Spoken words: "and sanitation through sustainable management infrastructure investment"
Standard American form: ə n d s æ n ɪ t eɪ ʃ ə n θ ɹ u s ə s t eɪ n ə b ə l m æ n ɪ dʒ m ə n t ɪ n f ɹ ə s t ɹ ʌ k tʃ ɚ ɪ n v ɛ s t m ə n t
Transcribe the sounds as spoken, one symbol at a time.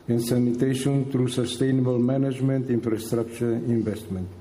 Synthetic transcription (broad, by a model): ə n s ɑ n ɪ t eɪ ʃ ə n t ɹ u s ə s t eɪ n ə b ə l m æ n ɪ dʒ m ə n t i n f ɹ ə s t ɹ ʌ k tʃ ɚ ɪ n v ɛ s t m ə n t